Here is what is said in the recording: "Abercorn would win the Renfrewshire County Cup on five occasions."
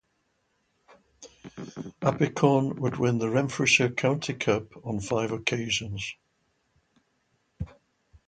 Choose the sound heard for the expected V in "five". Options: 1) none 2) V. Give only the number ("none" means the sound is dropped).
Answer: 2